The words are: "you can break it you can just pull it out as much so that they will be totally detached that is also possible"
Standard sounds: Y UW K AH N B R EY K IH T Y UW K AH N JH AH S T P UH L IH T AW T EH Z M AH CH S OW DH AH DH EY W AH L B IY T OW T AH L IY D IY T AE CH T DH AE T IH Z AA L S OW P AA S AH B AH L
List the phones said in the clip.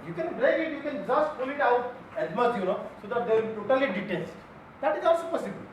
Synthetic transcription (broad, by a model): Y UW K AH N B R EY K IH T Y UW K AH N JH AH S T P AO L IH T AW T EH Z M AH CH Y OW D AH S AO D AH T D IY T OW T AH L IY D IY T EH S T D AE T IH Z AA L S OW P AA S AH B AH L